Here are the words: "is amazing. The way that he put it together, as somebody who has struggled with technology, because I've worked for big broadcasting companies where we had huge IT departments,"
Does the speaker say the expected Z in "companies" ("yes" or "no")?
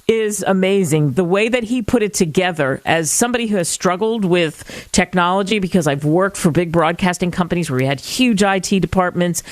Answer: yes